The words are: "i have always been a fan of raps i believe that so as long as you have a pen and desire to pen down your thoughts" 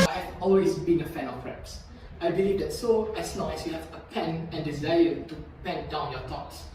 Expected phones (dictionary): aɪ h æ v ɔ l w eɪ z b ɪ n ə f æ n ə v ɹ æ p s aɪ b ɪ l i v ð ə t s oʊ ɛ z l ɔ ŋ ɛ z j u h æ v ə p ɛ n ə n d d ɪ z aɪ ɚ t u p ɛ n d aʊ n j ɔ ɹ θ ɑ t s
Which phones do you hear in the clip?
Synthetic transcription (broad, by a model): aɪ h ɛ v ɔ l w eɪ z b ɪ n ə f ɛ n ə p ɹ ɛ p s aɪ b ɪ l i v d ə t s oʊ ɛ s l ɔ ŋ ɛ s j u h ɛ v ə p ɛ n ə n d d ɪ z aɪ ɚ t u p ɛ n d aʊ n j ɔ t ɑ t s